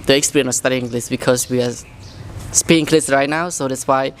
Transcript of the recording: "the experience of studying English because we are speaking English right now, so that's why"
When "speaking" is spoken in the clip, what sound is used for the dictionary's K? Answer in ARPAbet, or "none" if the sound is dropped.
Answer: none